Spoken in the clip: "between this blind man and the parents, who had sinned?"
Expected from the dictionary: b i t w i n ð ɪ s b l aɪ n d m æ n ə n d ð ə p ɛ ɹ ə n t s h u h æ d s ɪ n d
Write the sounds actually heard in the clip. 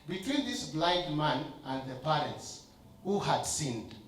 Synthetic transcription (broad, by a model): b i t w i n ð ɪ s b l aɪ d m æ n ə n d ð ə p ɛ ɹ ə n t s h u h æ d s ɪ n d